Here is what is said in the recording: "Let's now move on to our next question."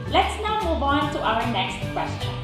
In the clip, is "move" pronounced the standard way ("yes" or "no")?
no